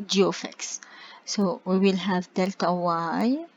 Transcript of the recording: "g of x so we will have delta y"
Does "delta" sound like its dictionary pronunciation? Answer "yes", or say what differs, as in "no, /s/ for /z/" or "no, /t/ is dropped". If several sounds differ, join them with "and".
yes